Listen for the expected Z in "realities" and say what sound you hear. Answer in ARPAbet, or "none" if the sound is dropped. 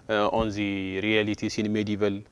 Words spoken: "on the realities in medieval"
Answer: S